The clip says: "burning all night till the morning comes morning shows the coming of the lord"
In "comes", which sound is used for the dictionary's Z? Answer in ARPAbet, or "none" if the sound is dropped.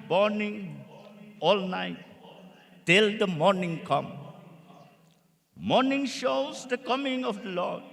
none